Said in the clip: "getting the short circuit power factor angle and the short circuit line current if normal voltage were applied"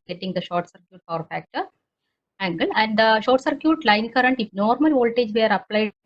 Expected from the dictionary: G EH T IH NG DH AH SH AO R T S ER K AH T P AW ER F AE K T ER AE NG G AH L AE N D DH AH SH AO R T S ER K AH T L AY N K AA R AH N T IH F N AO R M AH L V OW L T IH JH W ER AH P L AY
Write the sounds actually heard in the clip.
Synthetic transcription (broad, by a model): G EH T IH NG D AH SH AO R T S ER K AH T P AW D F AE K T ER AE NG G AH L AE N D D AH SH AO R T S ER K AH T L AY N K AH R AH N T IH F N AO R M AH L V OW L T IH JH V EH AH P L AY